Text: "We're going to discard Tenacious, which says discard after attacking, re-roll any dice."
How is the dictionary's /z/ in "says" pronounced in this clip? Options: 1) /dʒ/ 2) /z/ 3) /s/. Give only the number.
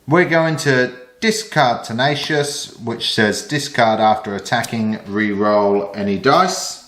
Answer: 2